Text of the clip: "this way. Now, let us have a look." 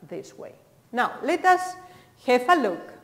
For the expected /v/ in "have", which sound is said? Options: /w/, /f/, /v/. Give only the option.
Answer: /f/